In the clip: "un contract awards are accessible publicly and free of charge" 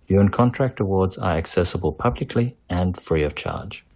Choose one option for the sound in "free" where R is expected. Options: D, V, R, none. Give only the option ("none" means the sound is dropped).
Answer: R